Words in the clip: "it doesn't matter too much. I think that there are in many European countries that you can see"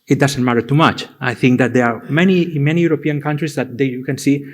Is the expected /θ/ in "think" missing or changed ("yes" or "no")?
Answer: no